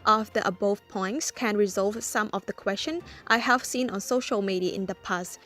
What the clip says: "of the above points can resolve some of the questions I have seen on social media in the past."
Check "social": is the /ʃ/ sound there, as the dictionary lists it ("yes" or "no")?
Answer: yes